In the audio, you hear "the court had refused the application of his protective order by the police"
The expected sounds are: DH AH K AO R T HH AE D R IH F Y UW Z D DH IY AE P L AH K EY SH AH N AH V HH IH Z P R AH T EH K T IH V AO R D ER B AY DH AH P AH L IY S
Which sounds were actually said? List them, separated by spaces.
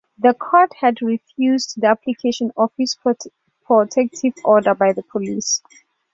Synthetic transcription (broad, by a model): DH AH K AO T HH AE D R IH F Y UW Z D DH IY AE P L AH K EY SH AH N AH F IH S P R AH T EH K T IH V AO D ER B AY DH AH P AH L IY S